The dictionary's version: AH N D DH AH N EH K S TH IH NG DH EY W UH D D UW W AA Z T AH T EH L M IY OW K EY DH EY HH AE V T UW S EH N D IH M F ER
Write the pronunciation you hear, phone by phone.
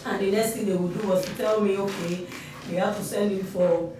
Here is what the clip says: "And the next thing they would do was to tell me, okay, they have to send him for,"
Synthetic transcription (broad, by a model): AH N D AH N EH K S T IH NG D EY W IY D D UW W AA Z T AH T EH L M IY OW K EY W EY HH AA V T UW S EH N D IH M F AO